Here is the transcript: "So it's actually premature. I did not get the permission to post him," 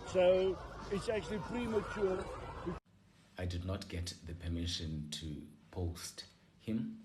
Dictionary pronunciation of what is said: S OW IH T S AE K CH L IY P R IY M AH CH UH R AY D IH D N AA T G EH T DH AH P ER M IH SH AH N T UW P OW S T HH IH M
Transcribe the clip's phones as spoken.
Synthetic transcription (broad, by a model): S OW IH T S AE K CH L IY P R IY M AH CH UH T AY D IH D N AA T G EH T DH AH P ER M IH SH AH N T UW P OW S T HH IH M